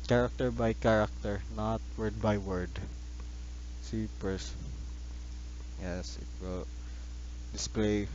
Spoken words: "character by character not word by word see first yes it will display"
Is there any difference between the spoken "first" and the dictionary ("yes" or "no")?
yes